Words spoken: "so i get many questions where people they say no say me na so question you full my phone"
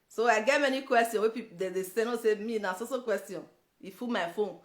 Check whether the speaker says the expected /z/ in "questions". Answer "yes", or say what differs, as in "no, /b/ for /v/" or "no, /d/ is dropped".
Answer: no, /z/ is dropped